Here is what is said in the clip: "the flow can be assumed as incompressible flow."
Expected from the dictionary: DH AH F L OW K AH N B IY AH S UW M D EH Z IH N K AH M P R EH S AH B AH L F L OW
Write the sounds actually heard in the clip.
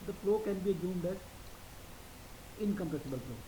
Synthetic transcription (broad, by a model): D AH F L OW K AH N B IY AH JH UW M D EH Z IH N K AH M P EH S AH B AH L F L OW